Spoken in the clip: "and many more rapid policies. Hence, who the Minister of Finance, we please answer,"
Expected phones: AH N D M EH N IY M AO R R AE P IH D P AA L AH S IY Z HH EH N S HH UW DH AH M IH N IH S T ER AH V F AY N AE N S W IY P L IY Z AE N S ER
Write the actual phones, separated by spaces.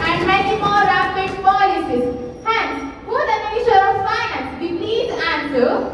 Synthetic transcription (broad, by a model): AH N D M EH N IY M AO R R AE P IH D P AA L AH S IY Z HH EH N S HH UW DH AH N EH IH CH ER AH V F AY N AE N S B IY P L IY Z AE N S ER